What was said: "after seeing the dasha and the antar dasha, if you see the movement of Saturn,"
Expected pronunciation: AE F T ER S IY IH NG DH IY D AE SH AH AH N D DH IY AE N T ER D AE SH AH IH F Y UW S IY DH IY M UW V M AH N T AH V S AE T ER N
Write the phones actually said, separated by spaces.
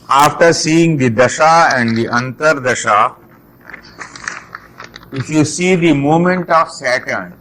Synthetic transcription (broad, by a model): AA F T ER S IY IH NG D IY D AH SH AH AH N D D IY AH N T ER D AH SH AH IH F Y UW S IY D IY M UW M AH N T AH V S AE T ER N